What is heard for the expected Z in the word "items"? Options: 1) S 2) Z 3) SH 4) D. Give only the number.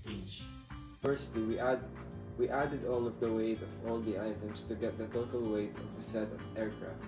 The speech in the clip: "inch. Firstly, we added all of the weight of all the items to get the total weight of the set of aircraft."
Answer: 1